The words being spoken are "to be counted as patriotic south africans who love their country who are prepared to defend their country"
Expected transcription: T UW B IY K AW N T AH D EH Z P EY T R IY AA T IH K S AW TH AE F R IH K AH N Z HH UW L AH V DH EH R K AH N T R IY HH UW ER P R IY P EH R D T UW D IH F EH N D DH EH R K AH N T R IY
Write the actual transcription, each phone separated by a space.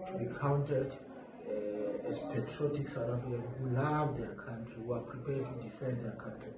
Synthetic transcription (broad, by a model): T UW B IY K AW N T AH D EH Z P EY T R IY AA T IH K S AW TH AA F R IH K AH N HH UW L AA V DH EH K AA N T R IY HH UW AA P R IY P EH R D T UW D IH F EH N D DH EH K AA N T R IY